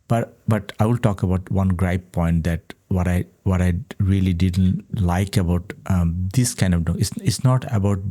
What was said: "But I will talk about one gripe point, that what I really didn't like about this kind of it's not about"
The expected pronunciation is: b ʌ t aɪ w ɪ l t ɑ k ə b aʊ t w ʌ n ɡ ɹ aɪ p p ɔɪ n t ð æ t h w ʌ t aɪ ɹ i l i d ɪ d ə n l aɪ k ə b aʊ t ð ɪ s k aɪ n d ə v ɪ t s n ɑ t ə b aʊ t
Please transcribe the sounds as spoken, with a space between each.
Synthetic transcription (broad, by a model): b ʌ t aɪ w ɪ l t ɑ k ə b aʊ t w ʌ n ɡ ɹ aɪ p p ɔɪ n t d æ t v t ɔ t aɪ ɹ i l i d ɪ d ə n l aɪ k ə b aʊ t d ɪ s k aɪ n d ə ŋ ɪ s s n ɑ t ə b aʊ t